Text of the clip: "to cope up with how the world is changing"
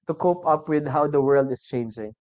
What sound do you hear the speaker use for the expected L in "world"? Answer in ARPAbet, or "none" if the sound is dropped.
L